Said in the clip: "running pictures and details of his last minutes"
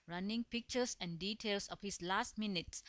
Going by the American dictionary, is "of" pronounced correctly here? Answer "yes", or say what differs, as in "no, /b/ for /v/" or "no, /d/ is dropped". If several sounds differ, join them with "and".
no, /p/ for /v/